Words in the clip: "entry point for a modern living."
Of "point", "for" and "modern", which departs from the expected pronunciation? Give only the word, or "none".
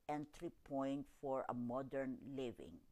none